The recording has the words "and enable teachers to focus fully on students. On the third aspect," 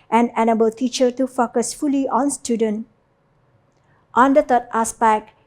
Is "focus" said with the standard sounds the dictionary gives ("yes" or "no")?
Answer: yes